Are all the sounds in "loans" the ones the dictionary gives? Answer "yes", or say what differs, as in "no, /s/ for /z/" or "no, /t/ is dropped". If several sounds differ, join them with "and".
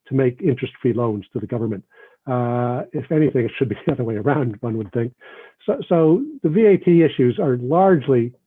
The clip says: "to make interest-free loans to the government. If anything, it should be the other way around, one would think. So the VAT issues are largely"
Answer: yes